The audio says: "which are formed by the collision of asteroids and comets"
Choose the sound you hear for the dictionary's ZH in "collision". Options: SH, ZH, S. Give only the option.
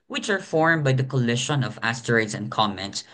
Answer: SH